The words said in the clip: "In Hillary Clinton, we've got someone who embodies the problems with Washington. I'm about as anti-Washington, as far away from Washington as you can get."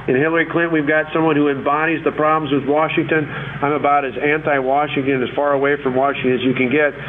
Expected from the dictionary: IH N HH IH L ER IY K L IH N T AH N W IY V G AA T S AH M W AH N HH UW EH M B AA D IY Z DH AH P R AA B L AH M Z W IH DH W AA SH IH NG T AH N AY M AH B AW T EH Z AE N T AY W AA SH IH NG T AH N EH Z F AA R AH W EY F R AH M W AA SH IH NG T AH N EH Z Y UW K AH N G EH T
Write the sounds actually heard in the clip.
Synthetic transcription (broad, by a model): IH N HH IH L ER IY K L IH N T W IY V G AA T S AH M W AH N HH UW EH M B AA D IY Z DH AH P R AA B L AH M Z W IH DH W AA SH IH NG T AH N AY M AH B AW T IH Z AE N T AY W AA SH IH NG T AH N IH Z F AA R AH W EY F R AH M W AA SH IH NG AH Z Y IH K AH N G EH T